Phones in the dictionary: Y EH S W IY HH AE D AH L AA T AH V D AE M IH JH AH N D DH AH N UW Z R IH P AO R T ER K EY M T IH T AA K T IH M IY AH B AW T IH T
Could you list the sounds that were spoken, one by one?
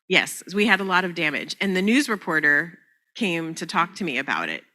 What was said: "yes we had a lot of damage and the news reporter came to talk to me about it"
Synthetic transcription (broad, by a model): Y EH S W IY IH D AH L AA T AH V D AE M IH JH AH N DH AH N UW Z R IH P AO R T ER K EY M T IH T AA K T IH M IY AH B AW T IH T